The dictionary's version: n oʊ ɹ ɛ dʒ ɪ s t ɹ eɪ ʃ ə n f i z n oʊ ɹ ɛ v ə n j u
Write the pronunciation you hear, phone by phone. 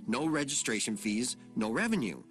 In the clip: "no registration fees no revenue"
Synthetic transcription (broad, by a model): n oʊ ɹ ɛ dʒ ɪ s t ɹ eɪ ʃ ə n f i z n oʊ ɹ ɛ v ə n j u